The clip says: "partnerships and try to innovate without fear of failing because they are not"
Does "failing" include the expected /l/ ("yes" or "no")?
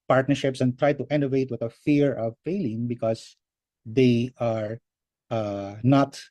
yes